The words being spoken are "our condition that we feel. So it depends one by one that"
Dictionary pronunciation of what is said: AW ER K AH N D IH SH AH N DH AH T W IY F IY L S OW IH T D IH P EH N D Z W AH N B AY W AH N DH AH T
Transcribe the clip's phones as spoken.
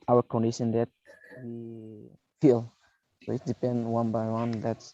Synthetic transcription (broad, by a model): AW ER K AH N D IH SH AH N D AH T W IY F IY L S OW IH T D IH P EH N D W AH N B AY W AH N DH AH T